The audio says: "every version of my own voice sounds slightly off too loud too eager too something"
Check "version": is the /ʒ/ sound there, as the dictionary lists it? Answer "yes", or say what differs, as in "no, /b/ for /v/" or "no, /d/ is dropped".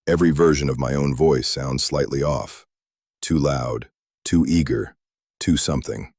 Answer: yes